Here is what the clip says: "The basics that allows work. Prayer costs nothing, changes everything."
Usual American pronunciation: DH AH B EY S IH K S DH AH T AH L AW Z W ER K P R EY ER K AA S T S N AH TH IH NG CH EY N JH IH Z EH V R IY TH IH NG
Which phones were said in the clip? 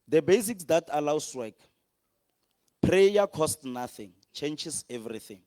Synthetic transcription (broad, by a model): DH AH B EY S IH K S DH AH T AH L AW S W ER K P R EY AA K AA S T N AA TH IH NG CH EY N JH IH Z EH V R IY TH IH NG